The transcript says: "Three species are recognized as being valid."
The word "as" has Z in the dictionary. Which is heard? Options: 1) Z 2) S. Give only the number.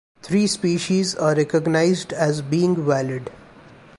1